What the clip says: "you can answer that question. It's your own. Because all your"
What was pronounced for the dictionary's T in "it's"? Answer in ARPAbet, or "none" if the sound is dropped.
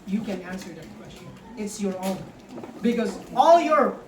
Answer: T